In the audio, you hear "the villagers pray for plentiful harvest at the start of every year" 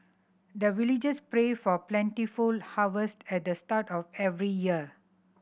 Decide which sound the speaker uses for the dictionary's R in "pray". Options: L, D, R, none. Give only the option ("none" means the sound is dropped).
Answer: R